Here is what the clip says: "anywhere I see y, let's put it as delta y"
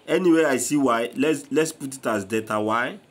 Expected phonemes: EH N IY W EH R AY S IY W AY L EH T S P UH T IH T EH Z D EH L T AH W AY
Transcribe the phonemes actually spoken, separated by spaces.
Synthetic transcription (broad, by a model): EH N IY W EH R AY S IY W AY L EH T S P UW T IH T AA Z D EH T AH W AY